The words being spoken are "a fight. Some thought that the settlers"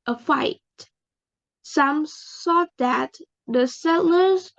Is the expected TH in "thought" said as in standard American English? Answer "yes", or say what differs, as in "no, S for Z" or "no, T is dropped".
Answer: no, S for TH